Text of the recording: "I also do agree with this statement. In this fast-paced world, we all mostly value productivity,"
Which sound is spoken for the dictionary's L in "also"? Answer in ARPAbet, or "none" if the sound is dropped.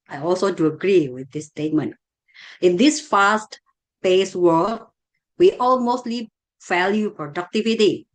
L